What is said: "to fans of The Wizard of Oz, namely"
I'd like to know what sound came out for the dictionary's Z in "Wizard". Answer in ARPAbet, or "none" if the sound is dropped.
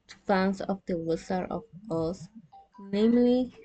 S